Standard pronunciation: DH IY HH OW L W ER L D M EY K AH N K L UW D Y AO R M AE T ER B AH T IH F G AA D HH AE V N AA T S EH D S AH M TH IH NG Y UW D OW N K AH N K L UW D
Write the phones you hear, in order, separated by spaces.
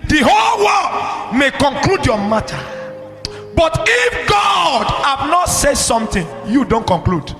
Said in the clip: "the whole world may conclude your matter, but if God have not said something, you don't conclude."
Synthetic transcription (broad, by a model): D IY HH OW L W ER D M EY K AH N K L UW D Y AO M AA T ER B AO T IH F G AA D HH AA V N AA T S EH D S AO M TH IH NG Y UW D OW N K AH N K L UW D